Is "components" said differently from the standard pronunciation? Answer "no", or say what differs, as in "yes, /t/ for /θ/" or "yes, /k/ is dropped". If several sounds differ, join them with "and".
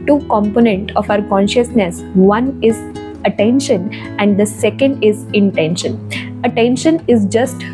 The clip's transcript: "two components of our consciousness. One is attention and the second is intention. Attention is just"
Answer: yes, /s/ is dropped